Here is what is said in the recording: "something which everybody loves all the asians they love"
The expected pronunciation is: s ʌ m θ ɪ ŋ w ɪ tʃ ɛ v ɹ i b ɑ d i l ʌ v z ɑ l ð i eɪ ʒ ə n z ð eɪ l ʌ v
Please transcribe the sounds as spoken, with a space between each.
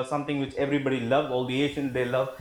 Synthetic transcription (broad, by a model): s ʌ m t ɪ ŋ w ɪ tʃ ɛ v ɹ i b ɑ d i l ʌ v ɑ l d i eɪ ʃ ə n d eɪ l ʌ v